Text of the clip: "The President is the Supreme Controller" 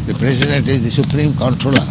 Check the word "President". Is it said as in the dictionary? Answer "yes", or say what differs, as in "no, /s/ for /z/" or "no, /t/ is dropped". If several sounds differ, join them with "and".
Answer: no, /s/ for /z/